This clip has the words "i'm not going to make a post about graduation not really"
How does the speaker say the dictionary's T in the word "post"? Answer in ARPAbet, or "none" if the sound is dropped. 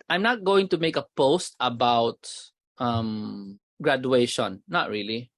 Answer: T